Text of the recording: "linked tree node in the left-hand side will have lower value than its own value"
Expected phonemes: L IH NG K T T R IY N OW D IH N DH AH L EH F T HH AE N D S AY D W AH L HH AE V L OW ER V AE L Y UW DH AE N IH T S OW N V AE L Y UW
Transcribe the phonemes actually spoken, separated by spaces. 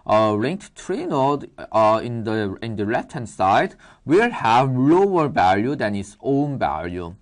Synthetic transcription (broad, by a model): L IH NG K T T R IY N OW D IH N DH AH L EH T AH N S AY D W AH L HH AE V L OW ER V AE L Y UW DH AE N IH T S OW N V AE L Y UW